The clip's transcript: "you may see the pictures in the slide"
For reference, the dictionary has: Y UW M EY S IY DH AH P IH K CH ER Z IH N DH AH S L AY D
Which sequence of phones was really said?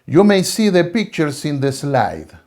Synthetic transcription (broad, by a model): Y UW M EY S IY DH AH P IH K CH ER S IH N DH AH S L AY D